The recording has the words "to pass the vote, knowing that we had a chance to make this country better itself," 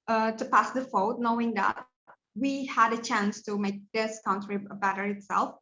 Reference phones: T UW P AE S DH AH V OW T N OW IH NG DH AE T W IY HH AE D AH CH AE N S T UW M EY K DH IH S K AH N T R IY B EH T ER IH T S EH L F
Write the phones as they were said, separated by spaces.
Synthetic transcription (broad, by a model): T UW P AE S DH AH F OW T N OW IH NG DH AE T W IY HH AE D AH CH AE N S T UW M EY K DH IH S K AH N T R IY B EH T ER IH T S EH L F